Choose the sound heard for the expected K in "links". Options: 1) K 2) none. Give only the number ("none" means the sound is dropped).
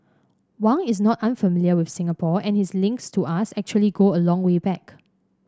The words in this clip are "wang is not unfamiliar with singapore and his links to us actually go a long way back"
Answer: 1